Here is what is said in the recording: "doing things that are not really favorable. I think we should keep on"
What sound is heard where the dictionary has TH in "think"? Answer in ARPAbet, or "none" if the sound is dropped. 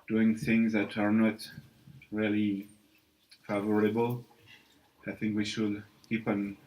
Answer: TH